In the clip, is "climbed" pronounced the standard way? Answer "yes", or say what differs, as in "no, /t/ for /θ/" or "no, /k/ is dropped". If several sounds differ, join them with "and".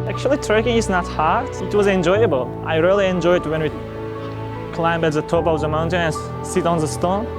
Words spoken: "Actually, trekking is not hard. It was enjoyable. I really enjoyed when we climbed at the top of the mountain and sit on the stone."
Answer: no, /d/ is dropped